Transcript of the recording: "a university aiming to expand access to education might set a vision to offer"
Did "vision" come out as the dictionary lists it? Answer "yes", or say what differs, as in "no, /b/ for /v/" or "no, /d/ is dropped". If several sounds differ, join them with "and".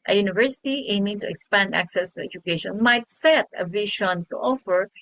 no, /ʃ/ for /ʒ/